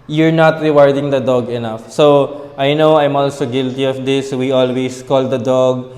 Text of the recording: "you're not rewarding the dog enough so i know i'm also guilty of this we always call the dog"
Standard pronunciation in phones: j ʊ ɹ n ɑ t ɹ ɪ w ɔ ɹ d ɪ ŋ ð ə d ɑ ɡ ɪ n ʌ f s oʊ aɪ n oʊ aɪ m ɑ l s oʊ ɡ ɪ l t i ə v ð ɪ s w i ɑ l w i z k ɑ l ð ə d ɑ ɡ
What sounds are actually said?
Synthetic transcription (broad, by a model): j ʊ ɹ n ɑ t ɹ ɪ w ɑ ɹ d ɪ ŋ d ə d ɑ ɡ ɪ n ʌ f s oʊ aɪ n oʊ aɪ m ɑ l s oʊ ɡ ɪ l t i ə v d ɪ s w i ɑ l w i s k ɑ l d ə d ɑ ɡ